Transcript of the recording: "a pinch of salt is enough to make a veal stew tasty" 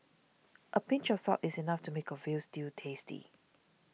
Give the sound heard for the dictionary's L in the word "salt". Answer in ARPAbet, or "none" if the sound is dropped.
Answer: none